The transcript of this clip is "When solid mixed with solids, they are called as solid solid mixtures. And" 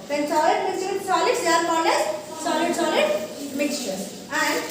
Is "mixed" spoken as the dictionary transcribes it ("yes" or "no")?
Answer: no